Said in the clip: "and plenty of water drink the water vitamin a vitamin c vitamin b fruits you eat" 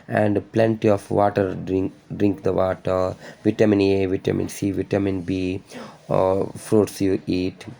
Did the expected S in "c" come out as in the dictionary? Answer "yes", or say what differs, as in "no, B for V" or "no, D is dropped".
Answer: yes